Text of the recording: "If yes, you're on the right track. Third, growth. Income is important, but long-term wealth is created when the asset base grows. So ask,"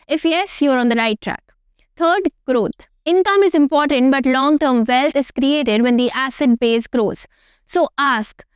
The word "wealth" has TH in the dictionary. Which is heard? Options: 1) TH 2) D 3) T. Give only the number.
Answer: 3